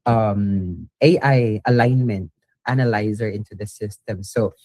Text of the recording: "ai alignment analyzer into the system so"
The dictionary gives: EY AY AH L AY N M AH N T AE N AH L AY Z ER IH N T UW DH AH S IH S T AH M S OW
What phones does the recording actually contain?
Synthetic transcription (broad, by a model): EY AY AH L AY N M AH N T AE N AH L AY Z ER IH N T UW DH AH S IH S T AH M S OW